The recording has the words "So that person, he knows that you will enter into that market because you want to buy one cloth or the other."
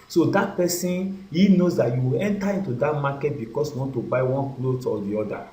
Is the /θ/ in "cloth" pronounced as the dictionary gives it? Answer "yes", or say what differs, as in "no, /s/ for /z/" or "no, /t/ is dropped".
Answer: no, /t/ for /θ/